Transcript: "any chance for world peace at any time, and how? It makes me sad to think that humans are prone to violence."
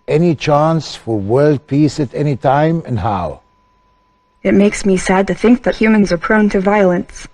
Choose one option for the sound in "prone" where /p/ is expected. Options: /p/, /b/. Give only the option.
/p/